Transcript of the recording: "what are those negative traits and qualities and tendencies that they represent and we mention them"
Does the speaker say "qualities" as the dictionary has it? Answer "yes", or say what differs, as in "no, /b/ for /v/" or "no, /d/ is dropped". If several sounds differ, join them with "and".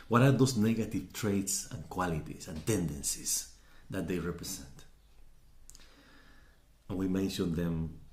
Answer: no, /s/ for /z/